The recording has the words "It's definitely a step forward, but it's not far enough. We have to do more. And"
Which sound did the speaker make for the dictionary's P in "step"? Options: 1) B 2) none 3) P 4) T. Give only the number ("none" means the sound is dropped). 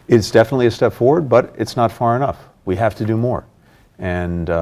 3